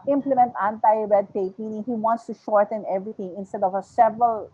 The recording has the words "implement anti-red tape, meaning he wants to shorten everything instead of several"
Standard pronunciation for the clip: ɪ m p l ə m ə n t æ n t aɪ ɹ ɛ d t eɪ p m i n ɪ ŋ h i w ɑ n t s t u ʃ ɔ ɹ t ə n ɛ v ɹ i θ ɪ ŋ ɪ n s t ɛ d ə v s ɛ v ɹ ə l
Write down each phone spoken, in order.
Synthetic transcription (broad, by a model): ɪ m p l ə m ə n t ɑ n t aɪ ɹ ɛ d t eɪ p m i n ɪ ŋ h i w ɑ n t s t u ʃ ɔ ɹ t ə n ɛ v ɹ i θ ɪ ŋ ɪ n s t ɛ d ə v s ɛ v ɹ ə l